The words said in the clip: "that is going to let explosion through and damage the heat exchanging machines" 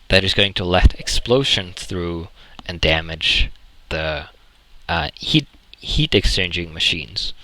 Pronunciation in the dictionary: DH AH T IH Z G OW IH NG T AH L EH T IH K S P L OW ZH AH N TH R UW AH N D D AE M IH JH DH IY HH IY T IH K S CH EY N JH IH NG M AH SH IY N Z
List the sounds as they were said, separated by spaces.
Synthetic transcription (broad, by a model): DH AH T IH Z G OW IH NG T AH L EH T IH K S P L OW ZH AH N TH R UW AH N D D AE M IH JH DH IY HH IY T IH K S CH EY N JH IH NG M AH SH IY N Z